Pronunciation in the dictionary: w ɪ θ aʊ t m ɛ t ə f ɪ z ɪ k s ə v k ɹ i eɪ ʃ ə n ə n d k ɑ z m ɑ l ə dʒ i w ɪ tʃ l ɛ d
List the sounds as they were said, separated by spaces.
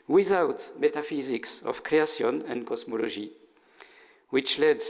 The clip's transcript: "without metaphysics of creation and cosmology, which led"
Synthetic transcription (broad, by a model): w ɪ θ aʊ t m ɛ t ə f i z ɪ k s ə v k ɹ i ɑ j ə n ə n d k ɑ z m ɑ l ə ʒ i w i tʃ l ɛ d